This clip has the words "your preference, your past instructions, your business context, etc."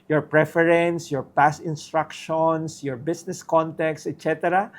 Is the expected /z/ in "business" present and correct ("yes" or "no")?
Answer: no